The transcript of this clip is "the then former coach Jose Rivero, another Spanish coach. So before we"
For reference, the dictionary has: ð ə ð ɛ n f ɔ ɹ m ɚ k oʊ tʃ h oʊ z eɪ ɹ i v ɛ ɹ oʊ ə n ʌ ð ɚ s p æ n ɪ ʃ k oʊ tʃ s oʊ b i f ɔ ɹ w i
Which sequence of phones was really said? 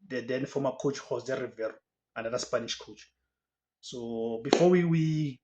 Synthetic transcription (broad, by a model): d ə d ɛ n f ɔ m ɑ k oʊ tʃ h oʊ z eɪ ɹ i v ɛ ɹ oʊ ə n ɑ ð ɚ s p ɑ n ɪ ʃ k oʊ tʃ s oʊ b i f ɔ w w i